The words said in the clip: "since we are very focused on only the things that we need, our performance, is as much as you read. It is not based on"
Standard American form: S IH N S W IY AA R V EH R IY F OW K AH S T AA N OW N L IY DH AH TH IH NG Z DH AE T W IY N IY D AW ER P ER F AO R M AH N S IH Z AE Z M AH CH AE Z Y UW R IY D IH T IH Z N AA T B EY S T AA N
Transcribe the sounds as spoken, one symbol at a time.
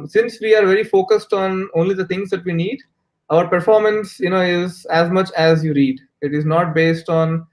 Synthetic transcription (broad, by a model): S IH N S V IY AA R V EH R IY F OW K AH S T AA N OW N L IY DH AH T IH NG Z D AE T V IY N IY D AW ER P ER F AO R M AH N S IH Z AE Z M AH CH AE Z Y UW R IY D IH T IH Z N AA T B EY S T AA N